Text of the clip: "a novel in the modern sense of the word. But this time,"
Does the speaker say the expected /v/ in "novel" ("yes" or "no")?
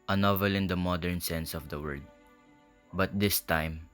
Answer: yes